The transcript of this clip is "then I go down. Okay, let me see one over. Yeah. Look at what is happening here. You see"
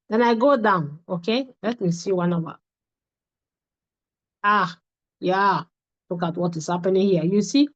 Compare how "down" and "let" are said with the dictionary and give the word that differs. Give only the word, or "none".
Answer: none